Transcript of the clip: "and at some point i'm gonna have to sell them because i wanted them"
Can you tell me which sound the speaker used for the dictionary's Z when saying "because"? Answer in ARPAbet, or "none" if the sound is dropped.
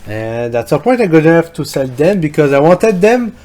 Z